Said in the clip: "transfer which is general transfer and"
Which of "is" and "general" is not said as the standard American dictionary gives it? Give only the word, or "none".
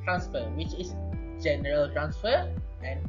is